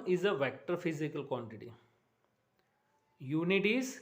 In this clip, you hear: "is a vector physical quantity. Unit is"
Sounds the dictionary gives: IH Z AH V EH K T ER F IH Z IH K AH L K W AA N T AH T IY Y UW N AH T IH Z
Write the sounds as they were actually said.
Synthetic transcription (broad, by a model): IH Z AH V EH K T ER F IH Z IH K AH L K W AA N T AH T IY Y UW N AH T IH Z